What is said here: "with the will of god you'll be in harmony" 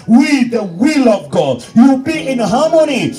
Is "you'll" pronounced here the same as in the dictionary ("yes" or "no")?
no